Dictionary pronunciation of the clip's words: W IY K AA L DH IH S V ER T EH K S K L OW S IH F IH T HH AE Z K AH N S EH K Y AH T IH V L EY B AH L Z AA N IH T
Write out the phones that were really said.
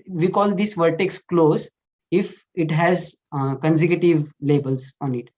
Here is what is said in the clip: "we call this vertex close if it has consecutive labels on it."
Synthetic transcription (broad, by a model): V IY K AA L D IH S V ER T EH K S K L OW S IH F IH T HH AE Z K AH N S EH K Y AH T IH V L EY B AH L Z AA N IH T